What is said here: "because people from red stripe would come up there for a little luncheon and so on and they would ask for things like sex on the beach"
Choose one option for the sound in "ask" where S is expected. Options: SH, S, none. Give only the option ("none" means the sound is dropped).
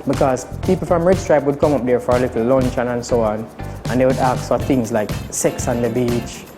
none